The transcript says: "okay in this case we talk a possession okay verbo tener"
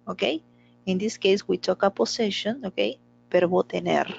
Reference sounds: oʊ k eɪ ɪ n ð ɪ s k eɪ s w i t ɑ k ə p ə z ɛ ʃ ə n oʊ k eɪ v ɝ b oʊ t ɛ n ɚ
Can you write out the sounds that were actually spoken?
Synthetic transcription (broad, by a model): oʊ k eɪ ɪ n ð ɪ s k eɪ s w i t ɑ k ə p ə s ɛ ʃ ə n oʊ k eɪ p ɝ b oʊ t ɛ n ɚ